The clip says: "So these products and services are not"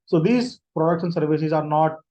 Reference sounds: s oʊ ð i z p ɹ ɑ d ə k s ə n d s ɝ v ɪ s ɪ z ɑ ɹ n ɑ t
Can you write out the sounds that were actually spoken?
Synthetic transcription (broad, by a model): s oʊ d i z p ɹ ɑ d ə k ʃ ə n s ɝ v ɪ s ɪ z ɑ ɹ n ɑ t